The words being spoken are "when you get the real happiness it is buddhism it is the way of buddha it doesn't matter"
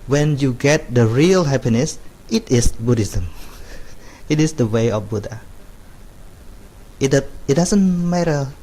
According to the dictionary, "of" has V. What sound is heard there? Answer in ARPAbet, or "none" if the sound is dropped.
F